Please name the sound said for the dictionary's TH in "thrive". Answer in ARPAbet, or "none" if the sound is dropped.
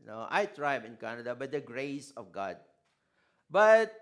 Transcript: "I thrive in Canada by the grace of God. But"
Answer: T